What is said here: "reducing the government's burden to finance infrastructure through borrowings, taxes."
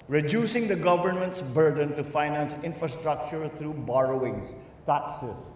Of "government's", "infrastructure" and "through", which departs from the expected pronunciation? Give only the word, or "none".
through